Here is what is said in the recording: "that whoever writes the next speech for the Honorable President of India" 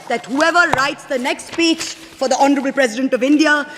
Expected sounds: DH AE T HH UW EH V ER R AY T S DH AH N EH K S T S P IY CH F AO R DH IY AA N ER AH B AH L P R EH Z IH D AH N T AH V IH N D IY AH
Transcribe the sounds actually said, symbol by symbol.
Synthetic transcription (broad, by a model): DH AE T HH UW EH V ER R AY T S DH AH N EH K S T S P IY CH F AO R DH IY AA N ER AH B AH L P R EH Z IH D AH N T AH V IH N D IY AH